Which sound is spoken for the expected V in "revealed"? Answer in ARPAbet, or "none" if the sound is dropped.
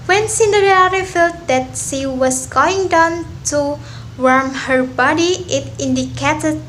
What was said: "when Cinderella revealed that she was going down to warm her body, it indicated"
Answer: F